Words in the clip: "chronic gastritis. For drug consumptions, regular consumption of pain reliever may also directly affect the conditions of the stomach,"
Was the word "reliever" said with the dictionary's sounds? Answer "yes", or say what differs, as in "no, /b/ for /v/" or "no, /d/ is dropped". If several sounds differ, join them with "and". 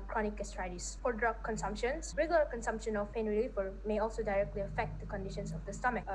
no, /f/ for /v/